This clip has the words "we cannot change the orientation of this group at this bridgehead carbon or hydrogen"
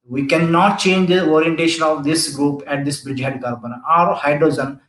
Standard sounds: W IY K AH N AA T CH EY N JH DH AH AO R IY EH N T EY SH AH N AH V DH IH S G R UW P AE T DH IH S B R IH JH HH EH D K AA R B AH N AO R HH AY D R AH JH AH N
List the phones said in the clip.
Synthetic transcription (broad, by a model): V IY K AH N AA T CH EY N JH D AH AO R IY EH N T EY SH AH N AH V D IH S G R UW P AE T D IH S B R IH JH HH EH D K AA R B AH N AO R HH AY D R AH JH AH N